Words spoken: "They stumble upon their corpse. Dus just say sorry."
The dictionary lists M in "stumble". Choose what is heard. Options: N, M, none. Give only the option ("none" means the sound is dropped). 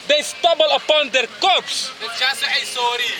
none